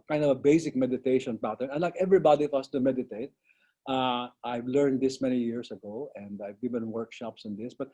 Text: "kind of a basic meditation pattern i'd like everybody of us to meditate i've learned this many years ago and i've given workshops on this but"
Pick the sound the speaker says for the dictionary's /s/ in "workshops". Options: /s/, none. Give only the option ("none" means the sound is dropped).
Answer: /s/